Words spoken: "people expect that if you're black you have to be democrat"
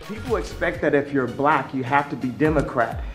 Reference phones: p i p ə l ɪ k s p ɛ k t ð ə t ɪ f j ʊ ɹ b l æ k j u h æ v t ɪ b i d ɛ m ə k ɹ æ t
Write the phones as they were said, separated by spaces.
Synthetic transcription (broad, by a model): p i p l ɪ k s p ɛ k t ð ə t ɪ f j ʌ ɹ b l æ k j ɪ h æ f t ɪ b i d ɛ m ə k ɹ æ t